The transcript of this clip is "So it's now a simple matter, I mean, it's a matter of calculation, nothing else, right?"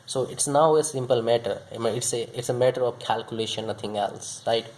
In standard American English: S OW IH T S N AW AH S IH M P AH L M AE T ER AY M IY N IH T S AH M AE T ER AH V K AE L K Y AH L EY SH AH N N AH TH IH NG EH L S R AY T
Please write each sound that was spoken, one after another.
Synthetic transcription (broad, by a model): S OW IH T S N AW AH S IH M P AH L M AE T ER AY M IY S IH T S AH M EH T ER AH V K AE L K Y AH L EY SH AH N N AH T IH NG EH L S R AY T